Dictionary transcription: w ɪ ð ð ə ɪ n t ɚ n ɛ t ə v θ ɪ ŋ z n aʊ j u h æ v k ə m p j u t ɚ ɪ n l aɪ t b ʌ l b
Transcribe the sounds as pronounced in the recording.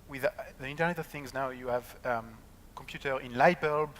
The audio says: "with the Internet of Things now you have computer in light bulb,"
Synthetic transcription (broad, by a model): w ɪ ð ð ə ɪ n t ɚ n ɛ t ə v θ ɪ ŋ z n aʊ j u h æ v k ə m p j u t ɚ ɪ n l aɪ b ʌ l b